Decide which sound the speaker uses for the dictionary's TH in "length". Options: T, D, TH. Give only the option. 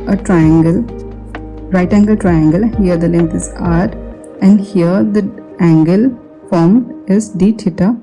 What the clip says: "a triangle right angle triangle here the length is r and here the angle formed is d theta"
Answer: T